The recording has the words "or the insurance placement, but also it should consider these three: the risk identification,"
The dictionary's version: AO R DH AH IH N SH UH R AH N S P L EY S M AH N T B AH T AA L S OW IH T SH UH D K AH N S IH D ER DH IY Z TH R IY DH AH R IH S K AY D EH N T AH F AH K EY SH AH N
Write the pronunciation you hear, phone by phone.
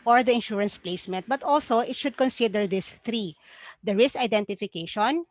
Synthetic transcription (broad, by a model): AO R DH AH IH N SH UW R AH N S P L EY S M AH N T B AH T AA L S OW IH T SH UH D K AH N S IH D ER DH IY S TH R IY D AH R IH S AY D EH N T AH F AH K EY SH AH N